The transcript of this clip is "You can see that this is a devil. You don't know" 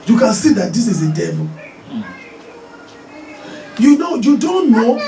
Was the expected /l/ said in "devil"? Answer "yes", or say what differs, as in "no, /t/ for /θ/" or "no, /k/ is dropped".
no, /n/ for /l/